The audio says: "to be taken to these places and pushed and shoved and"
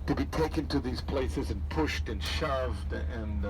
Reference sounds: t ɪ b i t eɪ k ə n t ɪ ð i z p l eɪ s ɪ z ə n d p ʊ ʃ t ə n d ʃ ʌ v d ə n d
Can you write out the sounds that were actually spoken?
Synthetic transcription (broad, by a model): t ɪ b i t eɪ k ə n t ɪ ð i z p l eɪ s ɪ z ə n p ʊ ʃ t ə n ʃ ʌ v d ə n